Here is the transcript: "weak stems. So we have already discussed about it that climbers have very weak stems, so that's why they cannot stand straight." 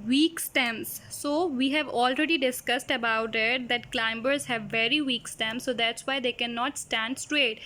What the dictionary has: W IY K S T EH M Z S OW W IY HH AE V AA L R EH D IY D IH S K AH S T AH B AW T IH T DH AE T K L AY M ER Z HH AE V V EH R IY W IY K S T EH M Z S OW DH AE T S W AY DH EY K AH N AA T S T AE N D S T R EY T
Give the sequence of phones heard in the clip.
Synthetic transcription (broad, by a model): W IY K S T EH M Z S OW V IY HH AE V AA L R EH D IY D IH S K AH S T AH B AW T IH T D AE T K L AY M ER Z HH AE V V EH R IY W IY K S T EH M S OW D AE T S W AY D EY K AH N AA T S T AE N D S T R EY T